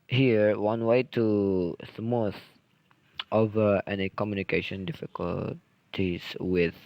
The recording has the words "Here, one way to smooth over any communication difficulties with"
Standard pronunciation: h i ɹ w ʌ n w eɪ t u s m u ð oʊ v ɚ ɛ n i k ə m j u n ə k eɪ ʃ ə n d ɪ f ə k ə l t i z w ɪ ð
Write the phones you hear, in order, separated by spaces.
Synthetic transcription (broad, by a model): h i ɹ w ʌ n w eɪ t u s m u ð oʊ v ɚ ɛ n i k ə m j u n ə k eɪ ʃ ə n d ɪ f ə k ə l t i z w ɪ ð